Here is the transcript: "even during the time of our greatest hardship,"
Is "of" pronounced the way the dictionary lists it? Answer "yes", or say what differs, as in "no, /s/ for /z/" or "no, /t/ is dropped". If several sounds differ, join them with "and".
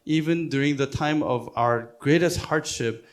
yes